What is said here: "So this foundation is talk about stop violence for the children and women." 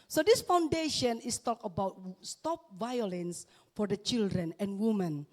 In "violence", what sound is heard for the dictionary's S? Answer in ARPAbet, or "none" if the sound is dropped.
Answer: S